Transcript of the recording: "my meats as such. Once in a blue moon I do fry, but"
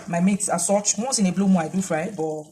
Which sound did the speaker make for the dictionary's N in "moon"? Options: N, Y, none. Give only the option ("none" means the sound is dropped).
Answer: none